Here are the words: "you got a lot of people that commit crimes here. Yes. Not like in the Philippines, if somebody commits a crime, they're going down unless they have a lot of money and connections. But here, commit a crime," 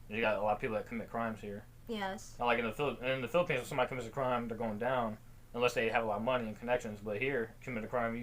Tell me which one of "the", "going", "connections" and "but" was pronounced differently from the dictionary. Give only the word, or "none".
none